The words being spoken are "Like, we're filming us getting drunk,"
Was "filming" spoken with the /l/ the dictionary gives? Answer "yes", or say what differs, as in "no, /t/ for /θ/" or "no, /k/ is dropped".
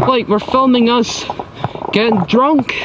yes